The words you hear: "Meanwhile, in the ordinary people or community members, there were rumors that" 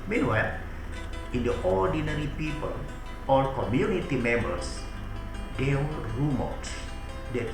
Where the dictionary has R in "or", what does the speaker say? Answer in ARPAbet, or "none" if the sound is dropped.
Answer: L